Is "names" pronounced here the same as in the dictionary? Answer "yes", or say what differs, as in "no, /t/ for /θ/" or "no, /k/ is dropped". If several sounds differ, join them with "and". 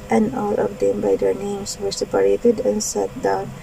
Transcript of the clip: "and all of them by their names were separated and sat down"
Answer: no, /s/ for /z/